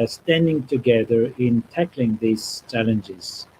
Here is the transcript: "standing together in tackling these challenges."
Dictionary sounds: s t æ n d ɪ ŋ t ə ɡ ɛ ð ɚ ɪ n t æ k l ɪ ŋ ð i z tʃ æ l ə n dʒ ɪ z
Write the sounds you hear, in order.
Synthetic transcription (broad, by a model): s t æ n d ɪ ŋ t ə ɡ ɛ ð ɚ ɪ n t æ k l ɪ ŋ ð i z tʃ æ l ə n dʒ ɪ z